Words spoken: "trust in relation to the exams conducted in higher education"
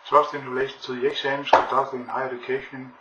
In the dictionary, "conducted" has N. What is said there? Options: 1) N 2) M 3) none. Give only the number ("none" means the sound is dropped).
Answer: 3